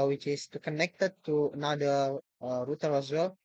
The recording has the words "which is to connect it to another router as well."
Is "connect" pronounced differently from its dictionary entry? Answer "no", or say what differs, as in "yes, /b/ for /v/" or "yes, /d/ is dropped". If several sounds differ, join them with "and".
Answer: no